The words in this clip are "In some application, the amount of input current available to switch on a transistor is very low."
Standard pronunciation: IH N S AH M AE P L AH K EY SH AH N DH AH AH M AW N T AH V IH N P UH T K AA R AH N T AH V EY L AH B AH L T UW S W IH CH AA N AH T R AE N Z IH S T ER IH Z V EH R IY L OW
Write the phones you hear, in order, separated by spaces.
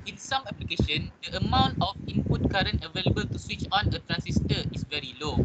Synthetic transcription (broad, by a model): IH N S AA M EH P L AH K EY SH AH N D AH AH M AW N T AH F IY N P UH T K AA R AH N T AH V EY L AH B AH L T UW S W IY CH AA N AH T R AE N S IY S T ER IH S V EH R IY L OW